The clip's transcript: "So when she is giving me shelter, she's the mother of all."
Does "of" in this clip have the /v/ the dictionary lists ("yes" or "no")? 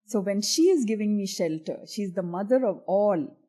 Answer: yes